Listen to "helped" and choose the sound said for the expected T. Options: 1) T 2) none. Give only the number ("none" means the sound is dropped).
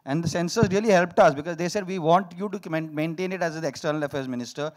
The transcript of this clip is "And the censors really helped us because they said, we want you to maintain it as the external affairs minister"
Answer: 1